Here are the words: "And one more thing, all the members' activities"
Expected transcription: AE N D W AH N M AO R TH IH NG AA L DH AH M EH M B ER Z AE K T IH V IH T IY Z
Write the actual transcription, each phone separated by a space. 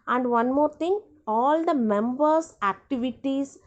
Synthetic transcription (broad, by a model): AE N D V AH N M AO R T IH NG AA L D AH M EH M B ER S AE K T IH V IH T IY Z